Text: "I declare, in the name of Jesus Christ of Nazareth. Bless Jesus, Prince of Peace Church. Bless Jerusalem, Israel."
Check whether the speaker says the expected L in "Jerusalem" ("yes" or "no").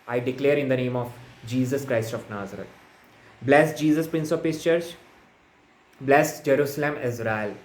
yes